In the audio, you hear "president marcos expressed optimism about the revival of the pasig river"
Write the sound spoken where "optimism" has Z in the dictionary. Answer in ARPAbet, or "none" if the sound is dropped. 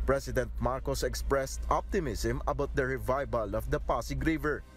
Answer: S